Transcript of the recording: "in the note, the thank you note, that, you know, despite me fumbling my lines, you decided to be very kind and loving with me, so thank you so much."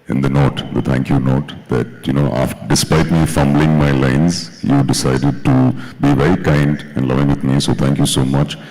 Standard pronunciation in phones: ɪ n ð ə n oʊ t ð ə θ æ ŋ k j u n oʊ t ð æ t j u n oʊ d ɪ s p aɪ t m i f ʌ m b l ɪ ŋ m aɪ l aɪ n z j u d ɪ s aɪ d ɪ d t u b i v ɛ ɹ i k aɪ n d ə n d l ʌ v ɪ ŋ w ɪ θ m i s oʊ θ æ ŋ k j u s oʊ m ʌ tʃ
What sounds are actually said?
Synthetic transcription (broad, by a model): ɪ n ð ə n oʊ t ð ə t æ ŋ k j u n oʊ t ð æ t j u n oʊ d ɪ s p aɪ t m i f ʌ m b l ɪ ŋ m aɪ l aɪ n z j u d ɪ s aɪ d ɪ d t u b i v ɛ ɹ i k aɪ n d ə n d l ʌ v ɪ ŋ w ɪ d m i s oʊ t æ ŋ k j u s oʊ m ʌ tʃ